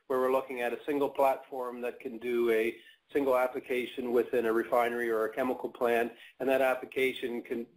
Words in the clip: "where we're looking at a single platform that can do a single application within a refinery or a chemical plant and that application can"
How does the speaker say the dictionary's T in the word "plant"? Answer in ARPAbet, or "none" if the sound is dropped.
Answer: none